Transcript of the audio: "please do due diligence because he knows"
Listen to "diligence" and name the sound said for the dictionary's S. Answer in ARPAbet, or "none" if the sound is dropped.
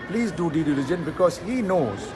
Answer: none